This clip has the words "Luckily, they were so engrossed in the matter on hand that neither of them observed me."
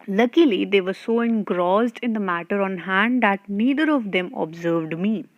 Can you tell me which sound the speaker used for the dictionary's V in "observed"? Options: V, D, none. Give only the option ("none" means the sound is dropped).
V